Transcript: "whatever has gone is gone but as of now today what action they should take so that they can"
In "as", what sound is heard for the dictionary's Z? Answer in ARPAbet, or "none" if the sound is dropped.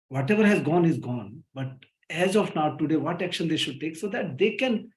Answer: Z